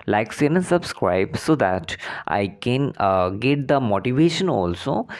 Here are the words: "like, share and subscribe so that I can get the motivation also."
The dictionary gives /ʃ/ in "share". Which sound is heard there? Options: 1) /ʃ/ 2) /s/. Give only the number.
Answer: 2